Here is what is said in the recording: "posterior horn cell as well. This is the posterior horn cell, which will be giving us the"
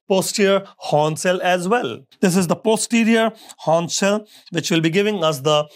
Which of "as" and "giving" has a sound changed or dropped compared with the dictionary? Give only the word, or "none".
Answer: none